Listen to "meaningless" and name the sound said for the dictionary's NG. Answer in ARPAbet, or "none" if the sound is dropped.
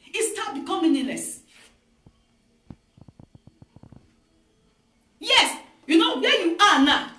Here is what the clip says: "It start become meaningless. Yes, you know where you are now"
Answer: none